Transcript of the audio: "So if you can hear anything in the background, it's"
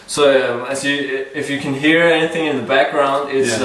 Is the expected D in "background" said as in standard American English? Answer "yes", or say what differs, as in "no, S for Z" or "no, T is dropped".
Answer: yes